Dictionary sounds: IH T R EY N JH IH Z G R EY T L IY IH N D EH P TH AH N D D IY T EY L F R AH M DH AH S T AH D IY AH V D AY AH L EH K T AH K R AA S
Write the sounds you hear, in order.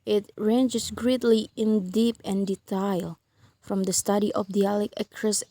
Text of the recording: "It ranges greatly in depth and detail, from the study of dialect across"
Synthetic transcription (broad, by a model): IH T R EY N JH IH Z G R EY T L IY IH N D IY P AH N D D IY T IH L F R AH M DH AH S T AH D IY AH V D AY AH L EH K AH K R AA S